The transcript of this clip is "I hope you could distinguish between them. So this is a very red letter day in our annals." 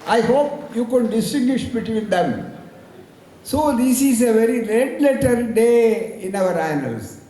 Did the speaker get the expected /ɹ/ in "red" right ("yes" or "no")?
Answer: no